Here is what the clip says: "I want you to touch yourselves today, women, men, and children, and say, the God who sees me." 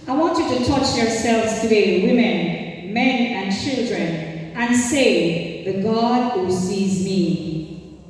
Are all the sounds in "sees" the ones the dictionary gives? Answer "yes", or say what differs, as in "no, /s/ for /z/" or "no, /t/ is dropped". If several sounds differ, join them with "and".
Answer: yes